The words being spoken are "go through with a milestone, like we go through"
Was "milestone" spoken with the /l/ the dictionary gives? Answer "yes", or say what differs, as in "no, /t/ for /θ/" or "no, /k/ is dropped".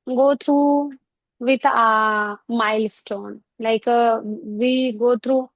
yes